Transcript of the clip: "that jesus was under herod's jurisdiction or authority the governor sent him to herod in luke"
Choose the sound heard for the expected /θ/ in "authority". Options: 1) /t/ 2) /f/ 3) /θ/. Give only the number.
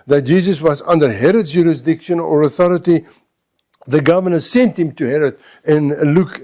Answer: 3